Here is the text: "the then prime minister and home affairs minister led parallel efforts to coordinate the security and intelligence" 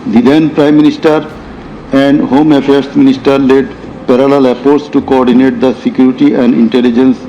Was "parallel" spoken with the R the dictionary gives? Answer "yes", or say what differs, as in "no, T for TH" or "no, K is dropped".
yes